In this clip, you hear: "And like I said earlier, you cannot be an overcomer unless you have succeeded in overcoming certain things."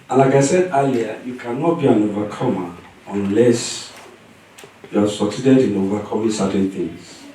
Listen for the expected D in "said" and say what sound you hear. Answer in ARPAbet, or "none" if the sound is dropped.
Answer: D